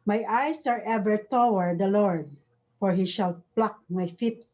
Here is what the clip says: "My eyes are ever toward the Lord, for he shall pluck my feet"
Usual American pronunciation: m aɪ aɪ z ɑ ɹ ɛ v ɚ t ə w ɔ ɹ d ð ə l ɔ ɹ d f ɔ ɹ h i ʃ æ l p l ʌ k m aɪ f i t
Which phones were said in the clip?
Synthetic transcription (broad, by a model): m aɪ aɪ s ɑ ɹ ɛ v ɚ t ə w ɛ ɹ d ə l ɔ ɹ d f ɔ ɹ h i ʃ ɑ l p l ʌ k m aɪ f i t